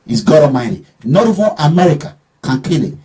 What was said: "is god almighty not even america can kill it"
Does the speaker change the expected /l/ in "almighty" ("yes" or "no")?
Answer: yes